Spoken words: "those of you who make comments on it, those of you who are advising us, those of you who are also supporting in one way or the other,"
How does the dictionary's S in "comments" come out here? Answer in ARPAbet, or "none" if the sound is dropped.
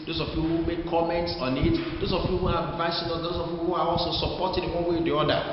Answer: S